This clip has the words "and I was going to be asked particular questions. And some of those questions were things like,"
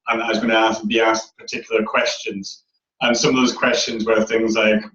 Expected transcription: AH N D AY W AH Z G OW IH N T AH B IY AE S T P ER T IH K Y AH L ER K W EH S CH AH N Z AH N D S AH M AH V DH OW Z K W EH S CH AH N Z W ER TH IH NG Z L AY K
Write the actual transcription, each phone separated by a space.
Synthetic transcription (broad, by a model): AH N AY W AH Z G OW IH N S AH B IY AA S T P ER T IH K Y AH L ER K W EH S CH AH N Z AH N S AH M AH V DH OW Z K W EH S CH AH N Z W ER TH IH NG Z L AY K